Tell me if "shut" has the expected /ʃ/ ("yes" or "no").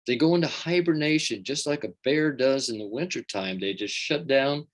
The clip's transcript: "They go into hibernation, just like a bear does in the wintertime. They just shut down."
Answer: yes